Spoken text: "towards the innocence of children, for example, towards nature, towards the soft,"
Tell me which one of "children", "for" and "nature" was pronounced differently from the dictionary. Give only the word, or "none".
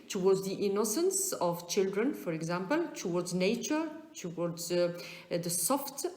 none